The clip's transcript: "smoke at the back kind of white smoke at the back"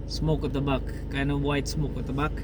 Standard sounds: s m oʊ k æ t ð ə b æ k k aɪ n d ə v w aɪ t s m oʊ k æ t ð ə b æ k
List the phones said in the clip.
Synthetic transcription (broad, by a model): s m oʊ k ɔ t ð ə b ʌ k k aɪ n ə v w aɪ t s m oʊ k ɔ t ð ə b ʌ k